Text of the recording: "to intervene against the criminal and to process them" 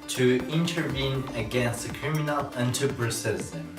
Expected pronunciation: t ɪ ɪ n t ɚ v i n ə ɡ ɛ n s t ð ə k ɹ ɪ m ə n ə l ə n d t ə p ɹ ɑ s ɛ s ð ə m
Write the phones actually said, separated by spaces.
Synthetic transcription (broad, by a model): t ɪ ɪ n t ɚ v i n ə ɡ ɛ n s t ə k ɹ ɪ m ə n ə l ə n t ə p ɹ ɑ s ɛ s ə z